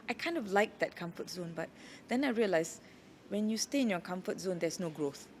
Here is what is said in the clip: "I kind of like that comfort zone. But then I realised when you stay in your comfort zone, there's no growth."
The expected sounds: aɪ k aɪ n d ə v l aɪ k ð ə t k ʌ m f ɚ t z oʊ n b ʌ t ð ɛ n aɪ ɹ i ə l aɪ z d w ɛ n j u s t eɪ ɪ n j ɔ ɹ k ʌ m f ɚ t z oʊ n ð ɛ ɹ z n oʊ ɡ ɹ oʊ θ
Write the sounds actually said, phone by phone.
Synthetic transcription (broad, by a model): aɪ k aɪ n d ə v l aɪ k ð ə t k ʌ m f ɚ t z oʊ n b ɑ t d ɛ n aɪ ɹ i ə l aɪ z w ɛ n j u s t eɪ ɪ n j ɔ k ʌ m f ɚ t z oʊ n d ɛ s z n oʊ ɡ ɹ oʊ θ